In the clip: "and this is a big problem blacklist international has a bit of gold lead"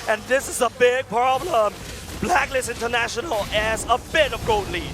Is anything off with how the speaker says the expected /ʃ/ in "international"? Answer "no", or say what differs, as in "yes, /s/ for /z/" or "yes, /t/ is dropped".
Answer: no